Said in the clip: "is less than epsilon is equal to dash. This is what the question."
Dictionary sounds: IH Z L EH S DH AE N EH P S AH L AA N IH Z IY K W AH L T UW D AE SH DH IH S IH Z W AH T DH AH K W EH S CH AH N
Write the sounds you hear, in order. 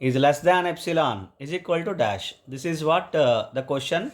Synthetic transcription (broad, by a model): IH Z L EH S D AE N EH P S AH L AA N IH Z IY K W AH L T UW D AE SH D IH S IH Z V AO T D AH K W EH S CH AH N